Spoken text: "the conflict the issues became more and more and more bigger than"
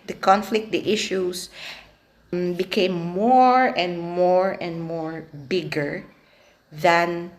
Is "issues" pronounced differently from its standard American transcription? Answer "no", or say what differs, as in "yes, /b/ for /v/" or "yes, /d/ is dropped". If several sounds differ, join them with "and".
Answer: yes, /s/ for /z/